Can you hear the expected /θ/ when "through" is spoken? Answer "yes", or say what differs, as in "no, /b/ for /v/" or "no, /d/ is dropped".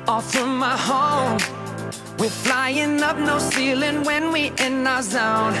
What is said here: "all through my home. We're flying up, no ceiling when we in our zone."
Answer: no, /f/ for /θ/